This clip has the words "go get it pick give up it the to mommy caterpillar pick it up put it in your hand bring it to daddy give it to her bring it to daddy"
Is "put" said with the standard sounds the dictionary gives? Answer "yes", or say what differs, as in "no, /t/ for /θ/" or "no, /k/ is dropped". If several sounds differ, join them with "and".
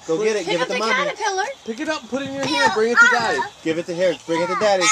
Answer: yes